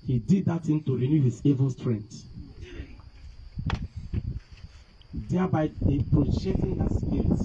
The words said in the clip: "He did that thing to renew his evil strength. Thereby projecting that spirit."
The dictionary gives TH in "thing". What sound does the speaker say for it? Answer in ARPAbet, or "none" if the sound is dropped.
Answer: T